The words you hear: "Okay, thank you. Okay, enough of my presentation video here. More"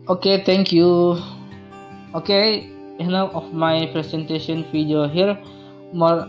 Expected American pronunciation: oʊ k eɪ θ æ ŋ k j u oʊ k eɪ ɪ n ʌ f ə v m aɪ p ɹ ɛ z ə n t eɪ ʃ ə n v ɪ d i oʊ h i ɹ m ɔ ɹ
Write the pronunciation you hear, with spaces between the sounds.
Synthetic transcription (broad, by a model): oʊ k eɪ t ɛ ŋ k j u oʊ k eɪ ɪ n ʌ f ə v m aɪ p ɹ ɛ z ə n t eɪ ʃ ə n f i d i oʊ h i ɹ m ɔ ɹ